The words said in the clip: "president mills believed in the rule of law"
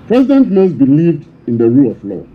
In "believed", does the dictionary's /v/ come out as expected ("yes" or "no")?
yes